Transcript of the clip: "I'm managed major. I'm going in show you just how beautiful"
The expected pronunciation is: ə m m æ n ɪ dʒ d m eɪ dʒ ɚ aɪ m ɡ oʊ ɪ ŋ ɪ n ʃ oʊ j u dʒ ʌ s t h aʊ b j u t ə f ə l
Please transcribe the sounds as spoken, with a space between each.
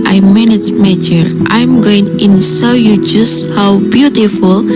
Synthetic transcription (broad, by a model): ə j m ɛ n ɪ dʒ m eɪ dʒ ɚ aɪ m ɡ oʊ ɪ ŋ ɪ n s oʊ j u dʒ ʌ s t h aʊ b j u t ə f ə l